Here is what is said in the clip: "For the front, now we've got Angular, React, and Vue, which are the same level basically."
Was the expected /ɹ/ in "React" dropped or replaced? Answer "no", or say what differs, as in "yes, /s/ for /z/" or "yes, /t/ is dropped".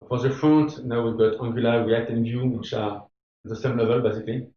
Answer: yes, /w/ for /ɹ/